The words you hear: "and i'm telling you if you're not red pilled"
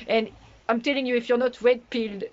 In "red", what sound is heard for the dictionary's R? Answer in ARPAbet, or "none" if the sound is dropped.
W